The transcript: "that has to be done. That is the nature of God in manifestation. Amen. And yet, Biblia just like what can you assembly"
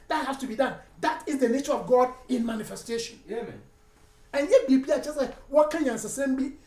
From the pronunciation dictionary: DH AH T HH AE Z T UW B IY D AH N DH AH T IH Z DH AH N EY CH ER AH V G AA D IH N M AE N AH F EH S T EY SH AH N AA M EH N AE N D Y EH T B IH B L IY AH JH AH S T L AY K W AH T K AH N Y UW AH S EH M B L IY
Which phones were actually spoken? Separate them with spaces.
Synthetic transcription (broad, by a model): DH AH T HH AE S T UW B IY D AH N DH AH T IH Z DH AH N EY CH ER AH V G AA D IH N M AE N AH F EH S T EY SH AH N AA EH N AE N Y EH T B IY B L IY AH JH AH S T L AY K W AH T K AH N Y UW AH S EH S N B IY